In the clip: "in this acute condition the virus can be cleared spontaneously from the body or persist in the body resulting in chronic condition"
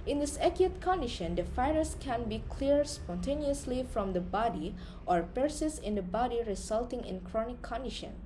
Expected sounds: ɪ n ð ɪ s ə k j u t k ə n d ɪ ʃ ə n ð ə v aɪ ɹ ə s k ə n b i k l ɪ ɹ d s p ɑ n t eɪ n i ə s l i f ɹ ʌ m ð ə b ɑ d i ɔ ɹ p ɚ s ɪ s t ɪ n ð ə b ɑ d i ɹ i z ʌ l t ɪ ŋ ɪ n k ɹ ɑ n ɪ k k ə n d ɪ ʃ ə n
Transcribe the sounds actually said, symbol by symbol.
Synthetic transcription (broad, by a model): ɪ n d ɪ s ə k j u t k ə n d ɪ ʃ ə n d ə f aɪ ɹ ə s k ə n b i k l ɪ ɹ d s p ɑ n t eɪ n i ə s l i f ɹ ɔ m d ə b ɑ d i ɔ ɹ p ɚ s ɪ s ɪ n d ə b ɑ d i ɹ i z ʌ l t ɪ ŋ ɪ n k ɹ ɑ n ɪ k k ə n d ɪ ʃ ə n